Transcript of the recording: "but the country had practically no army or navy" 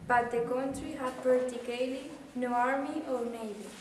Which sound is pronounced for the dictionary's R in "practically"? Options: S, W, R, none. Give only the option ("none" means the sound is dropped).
none